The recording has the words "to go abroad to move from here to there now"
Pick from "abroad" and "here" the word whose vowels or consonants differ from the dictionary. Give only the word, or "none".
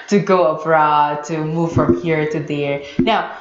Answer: none